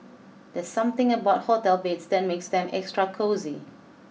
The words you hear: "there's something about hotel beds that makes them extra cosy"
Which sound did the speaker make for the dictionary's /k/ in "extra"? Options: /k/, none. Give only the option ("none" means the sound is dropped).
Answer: /k/